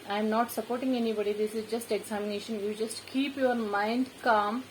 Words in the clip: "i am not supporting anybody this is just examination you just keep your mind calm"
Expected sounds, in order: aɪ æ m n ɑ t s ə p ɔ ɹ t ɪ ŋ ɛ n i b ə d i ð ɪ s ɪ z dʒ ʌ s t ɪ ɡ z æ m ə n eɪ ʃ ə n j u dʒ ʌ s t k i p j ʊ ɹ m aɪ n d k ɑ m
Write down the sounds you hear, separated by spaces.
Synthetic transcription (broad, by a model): aɪ m n ɑ t s ə p ɔ ɹ t ɪ ŋ ɛ n i b ə d i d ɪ s ɪ z dʒ ʌ s t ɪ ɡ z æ m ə n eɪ ʃ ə n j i dʒ ʌ s t k i p j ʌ ɹ m aɪ n d k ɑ m